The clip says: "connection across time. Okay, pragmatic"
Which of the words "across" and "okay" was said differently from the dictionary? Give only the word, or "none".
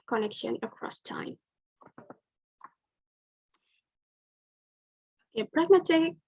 okay